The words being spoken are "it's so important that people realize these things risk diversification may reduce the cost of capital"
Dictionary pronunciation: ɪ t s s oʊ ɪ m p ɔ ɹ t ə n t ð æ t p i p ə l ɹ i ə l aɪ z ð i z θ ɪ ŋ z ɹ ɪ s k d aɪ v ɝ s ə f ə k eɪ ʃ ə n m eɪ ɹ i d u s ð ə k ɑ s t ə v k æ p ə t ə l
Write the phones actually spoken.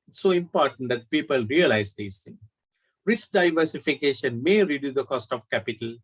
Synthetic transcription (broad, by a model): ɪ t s s oʊ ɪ m p ɔ ɹ t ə n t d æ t p i p ə l ɹ i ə l aɪ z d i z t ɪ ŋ ɹ ɪ s k d aɪ v ɝ s ə f ə k eɪ ʃ ə n m eɪ ɹ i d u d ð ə k ɑ s t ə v k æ p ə t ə l